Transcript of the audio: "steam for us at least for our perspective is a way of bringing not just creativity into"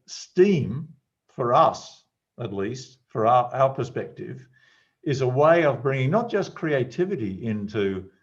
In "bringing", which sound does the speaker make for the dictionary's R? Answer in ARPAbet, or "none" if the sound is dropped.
R